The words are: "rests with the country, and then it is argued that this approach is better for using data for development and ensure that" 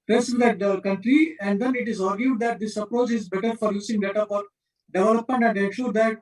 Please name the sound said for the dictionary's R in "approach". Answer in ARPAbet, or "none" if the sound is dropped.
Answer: R